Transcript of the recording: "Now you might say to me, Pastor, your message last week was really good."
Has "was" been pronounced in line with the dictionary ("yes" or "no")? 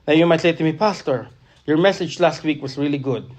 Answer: no